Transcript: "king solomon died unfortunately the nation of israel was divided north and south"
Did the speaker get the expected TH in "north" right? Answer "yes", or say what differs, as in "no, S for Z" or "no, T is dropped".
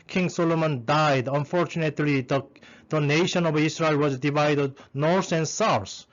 no, S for TH